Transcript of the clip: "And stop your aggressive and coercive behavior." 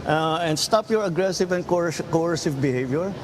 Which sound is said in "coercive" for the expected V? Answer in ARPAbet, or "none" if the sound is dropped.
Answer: V